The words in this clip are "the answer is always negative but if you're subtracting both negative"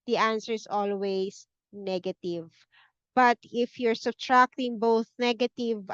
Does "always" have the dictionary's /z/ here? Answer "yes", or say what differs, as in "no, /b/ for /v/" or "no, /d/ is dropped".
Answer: no, /s/ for /z/